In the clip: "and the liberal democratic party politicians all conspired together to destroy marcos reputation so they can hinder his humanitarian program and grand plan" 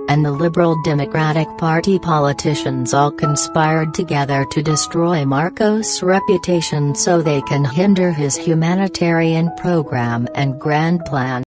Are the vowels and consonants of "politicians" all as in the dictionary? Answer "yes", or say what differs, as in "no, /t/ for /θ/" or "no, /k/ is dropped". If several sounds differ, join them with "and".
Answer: yes